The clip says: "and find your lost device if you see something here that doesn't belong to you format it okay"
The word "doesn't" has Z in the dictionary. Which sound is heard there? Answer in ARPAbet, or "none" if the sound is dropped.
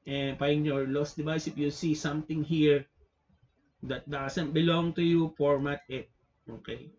S